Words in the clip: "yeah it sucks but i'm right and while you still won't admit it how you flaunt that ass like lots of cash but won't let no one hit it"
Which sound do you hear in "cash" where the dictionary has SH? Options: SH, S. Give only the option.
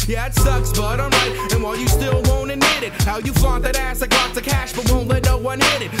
SH